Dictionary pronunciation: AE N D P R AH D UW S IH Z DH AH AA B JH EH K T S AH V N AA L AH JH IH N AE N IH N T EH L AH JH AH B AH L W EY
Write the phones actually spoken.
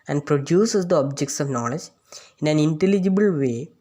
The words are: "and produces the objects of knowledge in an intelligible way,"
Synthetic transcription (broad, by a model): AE N D P R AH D UW S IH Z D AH AA B JH EH K T S AH V N AA L AH JH IH N AE N IH N T EH L AH JH AH B AH L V EY